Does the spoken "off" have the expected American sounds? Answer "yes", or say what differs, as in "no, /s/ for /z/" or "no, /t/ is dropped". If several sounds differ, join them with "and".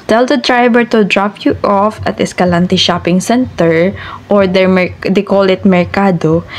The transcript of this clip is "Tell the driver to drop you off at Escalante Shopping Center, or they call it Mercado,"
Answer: yes